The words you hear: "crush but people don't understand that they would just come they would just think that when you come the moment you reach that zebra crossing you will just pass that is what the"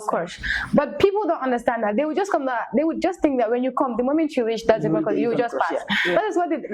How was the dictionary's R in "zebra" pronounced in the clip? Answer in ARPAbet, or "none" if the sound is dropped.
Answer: none